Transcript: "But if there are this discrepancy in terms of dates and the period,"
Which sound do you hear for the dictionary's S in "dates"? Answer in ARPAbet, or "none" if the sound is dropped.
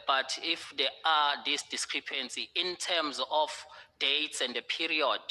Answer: S